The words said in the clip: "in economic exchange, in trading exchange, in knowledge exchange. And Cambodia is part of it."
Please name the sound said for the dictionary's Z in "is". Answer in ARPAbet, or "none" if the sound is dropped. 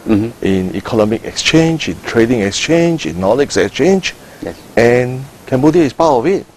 S